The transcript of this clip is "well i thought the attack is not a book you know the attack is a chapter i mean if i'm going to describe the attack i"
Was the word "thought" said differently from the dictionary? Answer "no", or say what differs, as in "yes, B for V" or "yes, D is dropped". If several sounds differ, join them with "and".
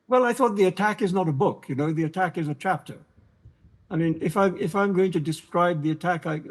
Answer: no